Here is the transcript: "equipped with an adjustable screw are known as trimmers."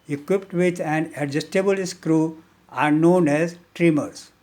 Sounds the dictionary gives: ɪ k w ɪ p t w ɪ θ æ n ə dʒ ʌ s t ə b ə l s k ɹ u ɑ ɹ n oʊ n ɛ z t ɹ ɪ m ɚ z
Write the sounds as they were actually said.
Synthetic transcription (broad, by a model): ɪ k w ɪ p t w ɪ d æ n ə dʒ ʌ s t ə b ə l s k ɹ u ɑ ɹ n oʊ n ɛ z t ɹ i m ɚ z